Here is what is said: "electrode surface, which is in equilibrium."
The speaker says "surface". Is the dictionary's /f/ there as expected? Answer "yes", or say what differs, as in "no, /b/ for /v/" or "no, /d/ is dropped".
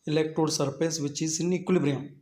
no, /p/ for /f/